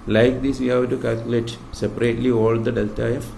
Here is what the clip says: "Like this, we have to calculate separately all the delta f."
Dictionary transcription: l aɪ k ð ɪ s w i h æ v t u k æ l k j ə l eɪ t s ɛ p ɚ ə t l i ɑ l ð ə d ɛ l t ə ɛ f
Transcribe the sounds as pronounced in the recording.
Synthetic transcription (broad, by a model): l aɪ k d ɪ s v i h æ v t u k æ l k j ə l eɪ t s ɛ p ɚ ə t l i ɑ l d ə d ɛ l t ə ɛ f